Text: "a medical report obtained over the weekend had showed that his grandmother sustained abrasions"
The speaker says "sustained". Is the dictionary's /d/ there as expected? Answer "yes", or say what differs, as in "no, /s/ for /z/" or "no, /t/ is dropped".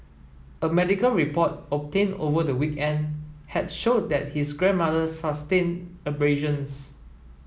no, /d/ is dropped